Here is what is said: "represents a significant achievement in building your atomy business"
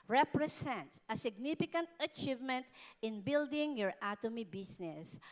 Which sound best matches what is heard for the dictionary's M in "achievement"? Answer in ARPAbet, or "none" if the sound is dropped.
M